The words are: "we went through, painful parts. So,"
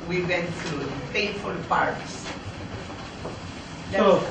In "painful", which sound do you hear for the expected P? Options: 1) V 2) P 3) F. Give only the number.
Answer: 3